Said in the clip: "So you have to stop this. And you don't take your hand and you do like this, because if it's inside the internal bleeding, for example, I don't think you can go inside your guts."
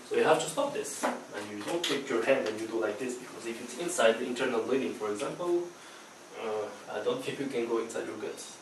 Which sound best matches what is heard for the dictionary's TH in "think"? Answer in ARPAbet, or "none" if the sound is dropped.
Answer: T